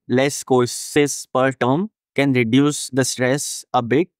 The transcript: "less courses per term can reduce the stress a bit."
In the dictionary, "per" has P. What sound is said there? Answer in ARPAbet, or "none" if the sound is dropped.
P